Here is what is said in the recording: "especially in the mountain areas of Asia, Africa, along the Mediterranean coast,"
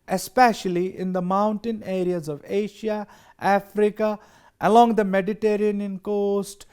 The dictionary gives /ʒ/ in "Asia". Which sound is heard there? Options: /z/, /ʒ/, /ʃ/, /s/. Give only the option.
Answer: /ʃ/